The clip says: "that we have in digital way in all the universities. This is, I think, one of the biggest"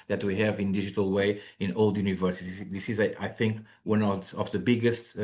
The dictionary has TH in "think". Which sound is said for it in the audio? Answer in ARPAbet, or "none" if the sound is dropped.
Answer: TH